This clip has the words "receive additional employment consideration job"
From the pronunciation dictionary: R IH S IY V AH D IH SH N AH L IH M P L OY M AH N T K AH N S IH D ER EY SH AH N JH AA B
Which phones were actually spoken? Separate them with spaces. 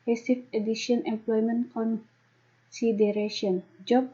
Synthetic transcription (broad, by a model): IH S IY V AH D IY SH AH N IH M P L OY M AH N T K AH N S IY D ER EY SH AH N JH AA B